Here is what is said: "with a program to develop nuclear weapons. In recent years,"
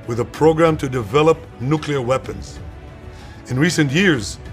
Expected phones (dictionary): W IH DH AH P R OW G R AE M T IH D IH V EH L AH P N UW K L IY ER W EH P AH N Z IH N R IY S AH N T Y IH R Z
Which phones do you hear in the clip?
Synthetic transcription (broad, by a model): W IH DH AH P R OW G R AE M T IH D IH V EH L AH P N UW K L IY ER W EH P AH N Z IH N R IY S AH N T Y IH R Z